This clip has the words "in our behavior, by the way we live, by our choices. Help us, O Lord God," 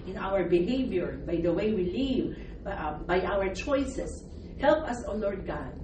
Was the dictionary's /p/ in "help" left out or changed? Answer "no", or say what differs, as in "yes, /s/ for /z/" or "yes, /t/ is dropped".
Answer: no